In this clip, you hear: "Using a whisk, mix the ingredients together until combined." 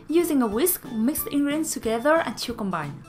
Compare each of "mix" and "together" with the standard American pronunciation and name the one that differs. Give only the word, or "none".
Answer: none